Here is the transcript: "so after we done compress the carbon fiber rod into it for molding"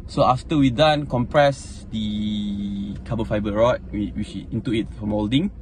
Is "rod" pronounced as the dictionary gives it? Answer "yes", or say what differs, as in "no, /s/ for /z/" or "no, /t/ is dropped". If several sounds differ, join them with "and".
no, /w/ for /ɹ/